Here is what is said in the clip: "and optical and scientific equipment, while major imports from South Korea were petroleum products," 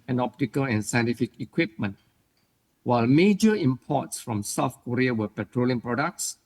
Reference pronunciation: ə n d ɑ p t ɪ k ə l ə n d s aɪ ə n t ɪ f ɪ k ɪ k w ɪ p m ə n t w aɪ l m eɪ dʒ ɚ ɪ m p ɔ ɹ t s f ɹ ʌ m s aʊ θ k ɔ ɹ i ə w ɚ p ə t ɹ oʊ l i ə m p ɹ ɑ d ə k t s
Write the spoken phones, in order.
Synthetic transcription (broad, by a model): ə n ɑ p t ɪ k ə l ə n s aɪ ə n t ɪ f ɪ k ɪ k w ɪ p m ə n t w aɪ l m eɪ dʒ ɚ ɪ m p ɔ t s f ɹ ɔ m s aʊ f k ɔ ɹ i ə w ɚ p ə t ɹ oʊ l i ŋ p ɹ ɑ d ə k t s